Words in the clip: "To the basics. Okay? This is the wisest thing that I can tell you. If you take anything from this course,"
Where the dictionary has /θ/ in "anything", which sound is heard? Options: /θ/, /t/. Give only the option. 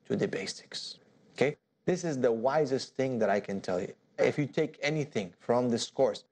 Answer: /θ/